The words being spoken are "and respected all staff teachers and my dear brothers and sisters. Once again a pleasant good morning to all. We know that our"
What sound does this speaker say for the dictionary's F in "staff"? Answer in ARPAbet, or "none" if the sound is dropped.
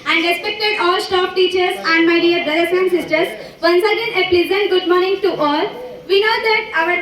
P